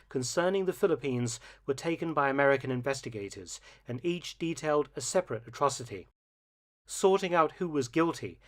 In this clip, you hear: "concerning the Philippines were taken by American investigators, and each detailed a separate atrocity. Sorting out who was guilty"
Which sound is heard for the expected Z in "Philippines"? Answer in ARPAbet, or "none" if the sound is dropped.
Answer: Z